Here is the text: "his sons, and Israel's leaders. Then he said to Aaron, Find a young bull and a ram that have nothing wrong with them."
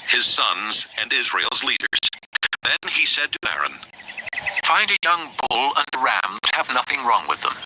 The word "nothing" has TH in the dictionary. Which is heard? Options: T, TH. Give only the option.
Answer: TH